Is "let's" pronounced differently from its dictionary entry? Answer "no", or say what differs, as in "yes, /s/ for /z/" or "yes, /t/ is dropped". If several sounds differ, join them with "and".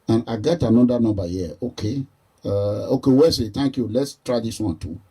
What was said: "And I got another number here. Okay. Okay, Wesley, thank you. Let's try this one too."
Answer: no